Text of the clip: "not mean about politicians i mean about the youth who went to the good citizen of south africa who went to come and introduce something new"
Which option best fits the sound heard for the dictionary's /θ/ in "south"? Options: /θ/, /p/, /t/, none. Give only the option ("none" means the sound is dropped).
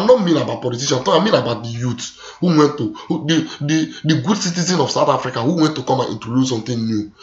/t/